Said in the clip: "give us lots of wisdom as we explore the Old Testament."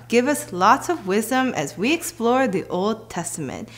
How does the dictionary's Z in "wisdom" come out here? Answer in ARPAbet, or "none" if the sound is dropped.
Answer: Z